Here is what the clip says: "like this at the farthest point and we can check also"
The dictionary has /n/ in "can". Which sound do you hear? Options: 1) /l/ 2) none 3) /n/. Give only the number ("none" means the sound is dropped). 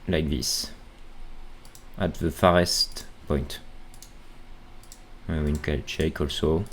1